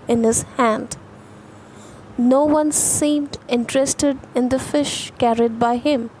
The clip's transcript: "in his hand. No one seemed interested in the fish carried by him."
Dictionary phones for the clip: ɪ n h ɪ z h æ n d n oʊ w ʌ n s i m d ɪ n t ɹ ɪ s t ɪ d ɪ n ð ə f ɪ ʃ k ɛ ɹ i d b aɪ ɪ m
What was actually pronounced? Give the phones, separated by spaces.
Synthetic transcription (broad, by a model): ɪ n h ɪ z h æ n d n oʊ w ʌ n s i m d ɪ n t ɹ ɪ s t ɪ d ɪ n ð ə f ɪ ʃ k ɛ ɹ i d b aɪ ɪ m